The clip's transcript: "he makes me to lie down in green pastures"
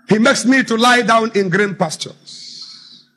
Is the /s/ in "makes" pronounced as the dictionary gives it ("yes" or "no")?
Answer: yes